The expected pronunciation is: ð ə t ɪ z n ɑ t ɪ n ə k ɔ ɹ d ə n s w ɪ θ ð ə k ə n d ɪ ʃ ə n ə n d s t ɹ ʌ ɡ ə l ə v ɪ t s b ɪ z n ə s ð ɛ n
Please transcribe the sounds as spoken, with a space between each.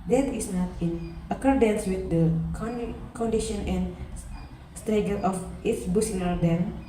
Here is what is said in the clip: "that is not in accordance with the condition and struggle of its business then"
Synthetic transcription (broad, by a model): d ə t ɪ s n ɑ t ɪ n ə k ɔ ɹ d ə n s w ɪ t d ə k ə n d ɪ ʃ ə n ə n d s t ɹ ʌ ɡ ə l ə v ɪ t s b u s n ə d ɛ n